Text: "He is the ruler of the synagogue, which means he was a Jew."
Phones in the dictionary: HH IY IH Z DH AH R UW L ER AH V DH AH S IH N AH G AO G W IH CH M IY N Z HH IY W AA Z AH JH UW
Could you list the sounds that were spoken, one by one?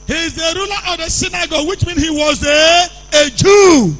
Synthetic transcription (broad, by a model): HH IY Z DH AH R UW L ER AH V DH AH S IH N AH G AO W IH CH M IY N HH IY W AA Z AH JH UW